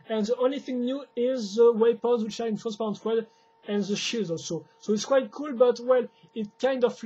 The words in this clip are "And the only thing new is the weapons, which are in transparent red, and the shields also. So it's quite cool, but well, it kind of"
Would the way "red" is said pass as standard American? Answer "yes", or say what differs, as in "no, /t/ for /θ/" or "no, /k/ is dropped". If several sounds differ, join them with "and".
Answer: no, /w/ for /ɹ/